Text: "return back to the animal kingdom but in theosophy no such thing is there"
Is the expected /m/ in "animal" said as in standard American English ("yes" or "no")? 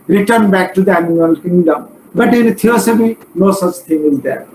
no